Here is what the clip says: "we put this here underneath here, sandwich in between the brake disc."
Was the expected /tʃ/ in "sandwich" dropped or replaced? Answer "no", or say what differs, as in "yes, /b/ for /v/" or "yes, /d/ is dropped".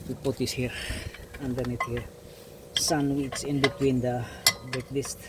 yes, /s/ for /tʃ/